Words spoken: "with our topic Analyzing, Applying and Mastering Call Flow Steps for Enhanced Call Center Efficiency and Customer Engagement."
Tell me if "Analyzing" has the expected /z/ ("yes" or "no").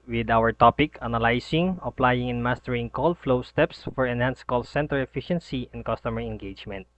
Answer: no